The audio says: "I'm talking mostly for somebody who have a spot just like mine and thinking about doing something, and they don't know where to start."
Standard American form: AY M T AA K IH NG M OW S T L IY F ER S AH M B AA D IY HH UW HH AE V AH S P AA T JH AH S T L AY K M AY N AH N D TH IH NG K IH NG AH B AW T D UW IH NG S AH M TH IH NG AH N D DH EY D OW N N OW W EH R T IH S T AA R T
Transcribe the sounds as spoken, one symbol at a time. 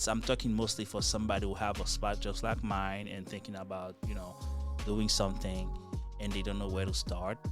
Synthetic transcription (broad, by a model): AY M T AA K IH NG M OW S T L IY F ER S AH M B AA D IY HH UW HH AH V AH S P AA T JH AH S T L AY K M AY N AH N TH IH NG K IH NG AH B AW T D UW IH NG S AH M TH IH NG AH N DH EY D OW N N OW W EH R T IH S T AA R T